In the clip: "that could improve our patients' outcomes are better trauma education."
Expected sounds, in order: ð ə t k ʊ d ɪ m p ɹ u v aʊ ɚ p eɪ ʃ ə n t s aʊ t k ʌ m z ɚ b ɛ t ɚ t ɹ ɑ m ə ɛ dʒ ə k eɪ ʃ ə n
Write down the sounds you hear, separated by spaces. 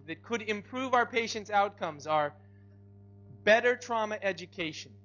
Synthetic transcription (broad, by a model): ð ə t k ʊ d ɪ m p ɹ u v aʊ ɚ p eɪ ʃ ə n t s aʊ t k ʌ m z ɚ b ɛ t ɚ t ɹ ɑ m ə ɛ dʒ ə k eɪ ʃ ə n